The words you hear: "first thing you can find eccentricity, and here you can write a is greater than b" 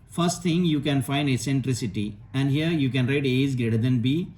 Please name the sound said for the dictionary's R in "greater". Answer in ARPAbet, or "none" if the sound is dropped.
R